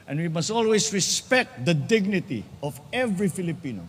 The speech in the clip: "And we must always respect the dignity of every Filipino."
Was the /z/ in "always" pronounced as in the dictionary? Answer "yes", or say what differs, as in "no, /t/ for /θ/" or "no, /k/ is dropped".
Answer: no, /s/ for /z/